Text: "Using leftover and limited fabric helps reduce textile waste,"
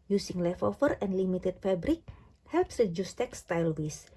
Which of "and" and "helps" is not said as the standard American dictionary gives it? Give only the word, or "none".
none